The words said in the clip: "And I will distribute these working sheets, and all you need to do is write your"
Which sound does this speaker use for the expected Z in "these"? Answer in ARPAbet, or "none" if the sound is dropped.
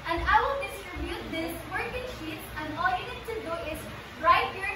S